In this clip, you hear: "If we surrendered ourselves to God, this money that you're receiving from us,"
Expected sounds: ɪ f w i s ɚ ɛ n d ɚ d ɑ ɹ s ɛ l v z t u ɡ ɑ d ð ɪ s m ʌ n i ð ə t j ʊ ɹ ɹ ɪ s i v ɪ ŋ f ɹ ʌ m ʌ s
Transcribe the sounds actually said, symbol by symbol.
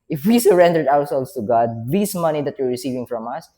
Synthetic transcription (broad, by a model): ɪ f w i s ɚ ɛ n d ɚ d ɑ w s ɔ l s t u ɡ ɑ d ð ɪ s m ʌ n i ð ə t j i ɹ ɹ ɪ s i v ɪ ŋ f ɹ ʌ m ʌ s